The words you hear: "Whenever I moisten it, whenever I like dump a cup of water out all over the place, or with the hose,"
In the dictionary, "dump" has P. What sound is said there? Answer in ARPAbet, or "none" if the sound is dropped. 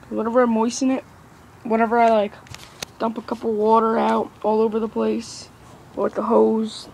P